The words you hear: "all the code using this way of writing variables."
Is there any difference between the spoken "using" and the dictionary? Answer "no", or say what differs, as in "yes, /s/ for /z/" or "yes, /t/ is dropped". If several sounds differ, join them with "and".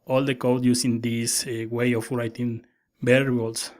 yes, /s/ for /z/